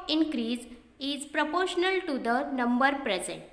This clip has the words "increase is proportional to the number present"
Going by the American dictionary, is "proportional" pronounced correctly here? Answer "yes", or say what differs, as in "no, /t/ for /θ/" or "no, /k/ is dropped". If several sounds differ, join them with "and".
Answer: yes